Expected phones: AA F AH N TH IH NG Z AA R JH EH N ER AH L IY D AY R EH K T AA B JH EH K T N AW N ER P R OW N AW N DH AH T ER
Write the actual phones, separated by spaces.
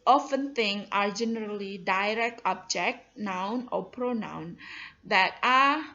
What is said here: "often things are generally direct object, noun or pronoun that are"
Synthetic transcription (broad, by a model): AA F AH N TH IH NG AA R JH EH N ER AH L IY D AY R EH K T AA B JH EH K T N AW N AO P R OW N AW N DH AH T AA